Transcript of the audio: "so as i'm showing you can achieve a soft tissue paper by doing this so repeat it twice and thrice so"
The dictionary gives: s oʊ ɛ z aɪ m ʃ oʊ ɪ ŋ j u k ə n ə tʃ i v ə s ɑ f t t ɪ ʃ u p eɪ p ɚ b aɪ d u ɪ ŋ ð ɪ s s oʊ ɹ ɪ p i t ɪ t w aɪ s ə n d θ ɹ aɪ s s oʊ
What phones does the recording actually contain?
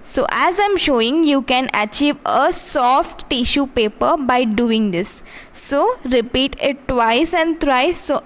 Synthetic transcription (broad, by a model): s oʊ ɛ z aɪ m ʃ oʊ ɪ ŋ j u k ə n ə tʃ i v ə s ɑ f t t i ʃ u p eɪ p ɚ b aɪ d u ɪ ŋ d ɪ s s oʊ ɹ ɪ p i t ɪ t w aɪ s ə n d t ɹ aɪ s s oʊ